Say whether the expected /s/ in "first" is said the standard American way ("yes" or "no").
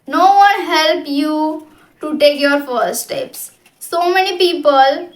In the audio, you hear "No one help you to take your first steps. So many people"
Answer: no